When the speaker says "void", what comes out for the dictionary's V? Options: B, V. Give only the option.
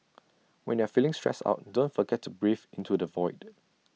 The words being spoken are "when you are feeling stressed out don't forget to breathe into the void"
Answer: V